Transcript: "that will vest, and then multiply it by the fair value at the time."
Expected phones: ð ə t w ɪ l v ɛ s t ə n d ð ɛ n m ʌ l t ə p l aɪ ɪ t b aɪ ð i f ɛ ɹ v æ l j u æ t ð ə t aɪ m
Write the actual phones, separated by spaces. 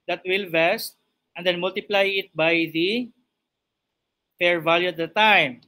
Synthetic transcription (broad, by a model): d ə t w ɪ l v ɛ s t ə n d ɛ n m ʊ l t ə p l aɪ ɪ t b aɪ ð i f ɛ ɹ v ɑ l j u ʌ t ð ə t aɪ m